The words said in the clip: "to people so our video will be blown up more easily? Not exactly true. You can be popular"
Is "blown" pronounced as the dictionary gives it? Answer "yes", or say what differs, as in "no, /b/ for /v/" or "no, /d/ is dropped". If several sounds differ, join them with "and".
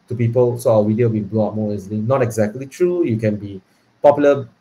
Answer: no, /n/ is dropped